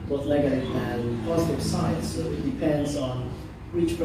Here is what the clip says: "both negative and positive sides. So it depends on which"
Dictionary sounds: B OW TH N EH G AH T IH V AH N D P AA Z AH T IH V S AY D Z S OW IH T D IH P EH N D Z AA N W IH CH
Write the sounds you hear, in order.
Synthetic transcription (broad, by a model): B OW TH L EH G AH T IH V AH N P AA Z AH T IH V S AY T S OW IH T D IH P EH N D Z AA N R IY CH